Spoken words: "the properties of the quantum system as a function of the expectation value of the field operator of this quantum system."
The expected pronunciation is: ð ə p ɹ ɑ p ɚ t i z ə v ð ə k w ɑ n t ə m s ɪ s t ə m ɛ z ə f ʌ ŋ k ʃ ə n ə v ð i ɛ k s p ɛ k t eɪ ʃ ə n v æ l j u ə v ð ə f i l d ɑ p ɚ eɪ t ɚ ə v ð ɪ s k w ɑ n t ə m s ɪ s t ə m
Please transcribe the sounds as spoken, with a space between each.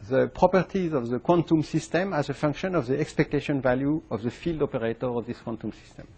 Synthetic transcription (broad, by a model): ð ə p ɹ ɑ p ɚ t i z ə v ð ə k w ɑ n t ə m s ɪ s t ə m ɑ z ə f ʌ ŋ k ʃ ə n ə v ð i ɛ k s p ɛ k t eɪ ʃ ə n v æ l j u ə v ð ə f i l d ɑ p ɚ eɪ t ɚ ə v ð ɪ s k w ɑ n t ə m s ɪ s t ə m